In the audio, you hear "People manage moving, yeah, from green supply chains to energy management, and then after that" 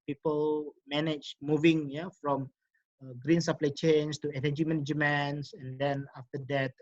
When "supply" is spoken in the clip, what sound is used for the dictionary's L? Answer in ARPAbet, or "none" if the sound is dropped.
L